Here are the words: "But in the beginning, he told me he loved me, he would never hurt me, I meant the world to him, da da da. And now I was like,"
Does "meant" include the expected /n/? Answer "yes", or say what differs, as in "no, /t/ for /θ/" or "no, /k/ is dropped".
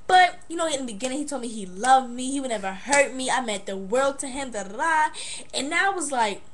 no, /n/ is dropped